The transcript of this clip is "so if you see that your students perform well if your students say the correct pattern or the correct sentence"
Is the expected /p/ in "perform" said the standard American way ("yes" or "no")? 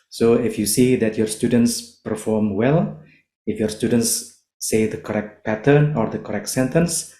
yes